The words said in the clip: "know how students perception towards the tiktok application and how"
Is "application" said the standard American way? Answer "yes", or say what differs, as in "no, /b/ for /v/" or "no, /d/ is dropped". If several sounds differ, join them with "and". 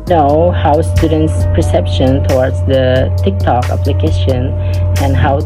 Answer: yes